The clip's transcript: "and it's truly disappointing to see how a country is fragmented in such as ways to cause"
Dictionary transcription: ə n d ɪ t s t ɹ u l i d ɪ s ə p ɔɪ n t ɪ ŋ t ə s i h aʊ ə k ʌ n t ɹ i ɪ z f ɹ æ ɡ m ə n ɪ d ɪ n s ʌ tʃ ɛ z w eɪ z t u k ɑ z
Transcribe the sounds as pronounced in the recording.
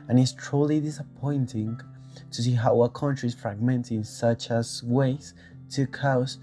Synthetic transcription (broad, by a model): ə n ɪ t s t ɹ u l i d ɪ s ə p ɔɪ n t ɪ ŋ t ə s i h aʊ ə k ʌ n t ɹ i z f ɹ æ ɡ m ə n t ɪ n s ʌ tʃ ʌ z w eɪ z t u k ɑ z